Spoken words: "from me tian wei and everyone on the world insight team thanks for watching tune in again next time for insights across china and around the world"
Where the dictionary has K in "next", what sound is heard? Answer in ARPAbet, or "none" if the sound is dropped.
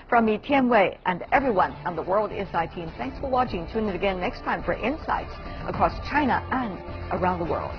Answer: K